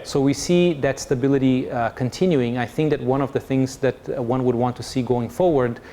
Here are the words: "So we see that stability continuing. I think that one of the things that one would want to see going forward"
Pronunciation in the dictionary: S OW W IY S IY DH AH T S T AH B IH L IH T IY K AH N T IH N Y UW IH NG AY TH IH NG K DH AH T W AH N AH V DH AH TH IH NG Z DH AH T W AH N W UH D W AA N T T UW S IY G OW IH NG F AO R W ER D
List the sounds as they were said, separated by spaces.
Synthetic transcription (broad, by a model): S OW W IY S IY DH AH T S T AH B IH L IH T IY K AH N T IH N Y UW IH NG AY TH IH NG K DH AH T W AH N AH V DH AH TH IH NG Z DH AH T W AH N W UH D W AA N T T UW S IY G OW IH NG F AO R W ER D